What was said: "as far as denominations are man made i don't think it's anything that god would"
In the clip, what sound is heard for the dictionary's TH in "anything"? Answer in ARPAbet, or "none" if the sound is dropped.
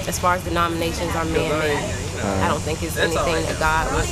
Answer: TH